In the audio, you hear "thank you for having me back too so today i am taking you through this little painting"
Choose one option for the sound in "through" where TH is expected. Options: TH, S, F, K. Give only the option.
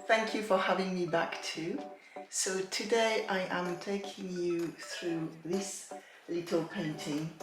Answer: TH